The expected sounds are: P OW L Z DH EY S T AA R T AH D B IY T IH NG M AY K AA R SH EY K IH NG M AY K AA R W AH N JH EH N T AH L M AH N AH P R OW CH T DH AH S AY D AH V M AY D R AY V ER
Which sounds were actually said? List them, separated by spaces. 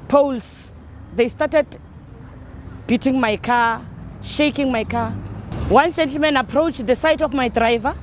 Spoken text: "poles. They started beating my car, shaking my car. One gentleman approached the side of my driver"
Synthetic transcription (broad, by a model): P OW L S DH EY S T AA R T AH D B IY T IH NG M AY K AA SH EY K IH NG M AY K AA W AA N JH EH N T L M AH N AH P R OW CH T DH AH S AY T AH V M AY D R AY V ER